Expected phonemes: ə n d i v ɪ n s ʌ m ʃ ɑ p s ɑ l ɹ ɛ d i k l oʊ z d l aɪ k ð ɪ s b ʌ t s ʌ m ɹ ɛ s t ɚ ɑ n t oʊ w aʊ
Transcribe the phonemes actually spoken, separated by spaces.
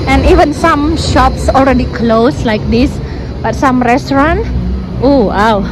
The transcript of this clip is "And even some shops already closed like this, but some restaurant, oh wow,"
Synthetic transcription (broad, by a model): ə n i v ɪ n s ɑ m ʃ ɑ p s ɑ l ɹ ɛ d i k l oʊ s l aɪ k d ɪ s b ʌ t s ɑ m ɹ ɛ s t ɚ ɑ n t oʊ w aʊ